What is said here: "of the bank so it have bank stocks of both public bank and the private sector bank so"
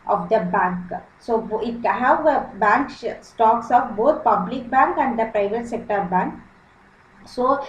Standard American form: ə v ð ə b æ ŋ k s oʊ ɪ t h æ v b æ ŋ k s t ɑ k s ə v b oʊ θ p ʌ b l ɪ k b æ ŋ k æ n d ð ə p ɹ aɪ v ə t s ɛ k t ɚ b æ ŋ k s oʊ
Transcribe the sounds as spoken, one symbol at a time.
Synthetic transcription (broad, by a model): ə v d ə b æ ŋ k s oʊ ɪ t h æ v b æ ŋ k s t ɑ k s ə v b oʊ t p ʌ b l ɪ k b æ ŋ k æ n d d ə p ɹ aɪ v ə t s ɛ k t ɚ b æ ŋ k s oʊ